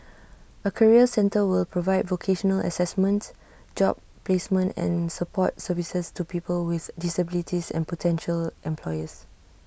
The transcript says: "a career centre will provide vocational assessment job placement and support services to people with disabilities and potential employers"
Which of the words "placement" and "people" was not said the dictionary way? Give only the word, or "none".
none